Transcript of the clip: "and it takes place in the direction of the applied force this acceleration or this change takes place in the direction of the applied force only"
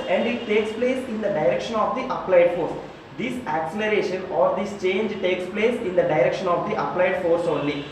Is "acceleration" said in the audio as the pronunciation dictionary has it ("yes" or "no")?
yes